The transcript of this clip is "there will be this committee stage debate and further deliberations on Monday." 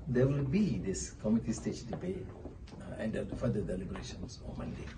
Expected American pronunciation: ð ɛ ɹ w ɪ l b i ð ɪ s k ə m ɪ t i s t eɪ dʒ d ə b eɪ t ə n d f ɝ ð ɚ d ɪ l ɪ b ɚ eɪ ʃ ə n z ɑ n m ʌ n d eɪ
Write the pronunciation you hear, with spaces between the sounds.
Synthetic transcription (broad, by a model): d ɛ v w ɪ l b i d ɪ s k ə m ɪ t i s t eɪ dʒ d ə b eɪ ə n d f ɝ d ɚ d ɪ l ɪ b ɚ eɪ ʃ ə n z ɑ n m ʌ n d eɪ